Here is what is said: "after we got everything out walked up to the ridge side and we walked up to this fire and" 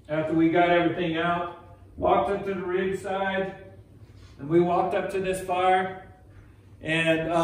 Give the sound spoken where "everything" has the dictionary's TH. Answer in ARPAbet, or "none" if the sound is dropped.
TH